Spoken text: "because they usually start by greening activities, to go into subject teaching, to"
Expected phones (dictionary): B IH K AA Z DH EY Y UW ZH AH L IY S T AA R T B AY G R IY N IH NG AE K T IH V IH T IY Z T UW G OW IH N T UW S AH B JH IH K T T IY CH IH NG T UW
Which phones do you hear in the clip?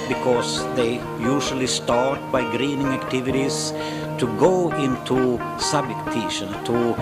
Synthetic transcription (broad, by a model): B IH K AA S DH EY Y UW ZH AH L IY S T AA R T B AY G R IY N IH NG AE K T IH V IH T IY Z T UW G OW IH N T UW S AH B IH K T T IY SH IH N T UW